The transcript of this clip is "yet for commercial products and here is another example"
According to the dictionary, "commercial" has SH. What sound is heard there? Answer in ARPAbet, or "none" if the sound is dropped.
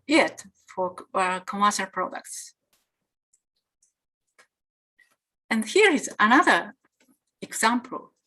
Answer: S